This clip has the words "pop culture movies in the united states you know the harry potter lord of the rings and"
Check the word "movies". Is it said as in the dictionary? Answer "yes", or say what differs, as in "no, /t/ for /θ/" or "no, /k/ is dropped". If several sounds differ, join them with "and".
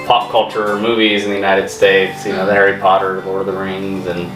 yes